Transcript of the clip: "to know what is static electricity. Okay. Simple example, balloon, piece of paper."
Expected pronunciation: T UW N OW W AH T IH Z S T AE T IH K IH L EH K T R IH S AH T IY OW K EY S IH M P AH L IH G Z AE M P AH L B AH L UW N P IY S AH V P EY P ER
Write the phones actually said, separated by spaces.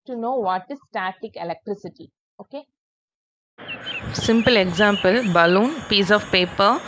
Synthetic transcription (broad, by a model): T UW N OW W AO T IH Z S T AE T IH K IH L EH K T R IH S AH T IY OW K EY S IH M P AH L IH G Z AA M P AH L B AH L UW N P IY S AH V P EY P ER